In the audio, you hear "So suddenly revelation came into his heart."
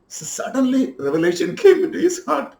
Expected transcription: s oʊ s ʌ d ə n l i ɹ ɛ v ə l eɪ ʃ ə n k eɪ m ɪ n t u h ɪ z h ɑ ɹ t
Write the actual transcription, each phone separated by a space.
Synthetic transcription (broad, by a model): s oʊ s ʌ d ə n l i ɹ ɛ v ə l eɪ ʃ ə n k eɪ m ɪ n t u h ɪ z h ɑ ɹ t